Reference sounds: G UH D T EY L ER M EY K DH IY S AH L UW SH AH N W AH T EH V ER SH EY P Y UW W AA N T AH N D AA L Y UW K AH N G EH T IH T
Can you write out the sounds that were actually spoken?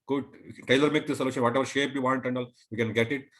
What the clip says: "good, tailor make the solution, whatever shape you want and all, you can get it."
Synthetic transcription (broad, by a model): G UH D T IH L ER M EY K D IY S AH L UW SH AH N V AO T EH V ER SH EY P Y UW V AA N T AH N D AA L Y UW K AH N G EH T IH T